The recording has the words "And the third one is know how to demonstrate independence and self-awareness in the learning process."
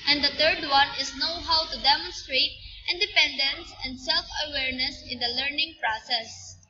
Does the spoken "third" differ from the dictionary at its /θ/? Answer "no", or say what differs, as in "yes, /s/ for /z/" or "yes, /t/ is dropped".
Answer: yes, /t/ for /θ/